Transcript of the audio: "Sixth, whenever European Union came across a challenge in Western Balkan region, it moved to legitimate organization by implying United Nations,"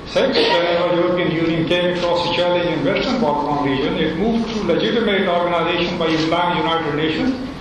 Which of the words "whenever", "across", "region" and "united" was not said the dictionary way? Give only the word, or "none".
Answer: whenever